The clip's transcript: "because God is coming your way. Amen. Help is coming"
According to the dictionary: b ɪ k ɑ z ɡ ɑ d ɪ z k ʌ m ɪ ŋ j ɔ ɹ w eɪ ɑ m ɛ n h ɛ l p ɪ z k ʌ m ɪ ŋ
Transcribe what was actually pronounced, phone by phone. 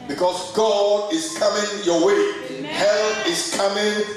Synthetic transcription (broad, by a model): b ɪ k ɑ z ɡ ɑ d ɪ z k ʌ m ɪ ŋ j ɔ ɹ w eɪ h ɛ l ɪ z k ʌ m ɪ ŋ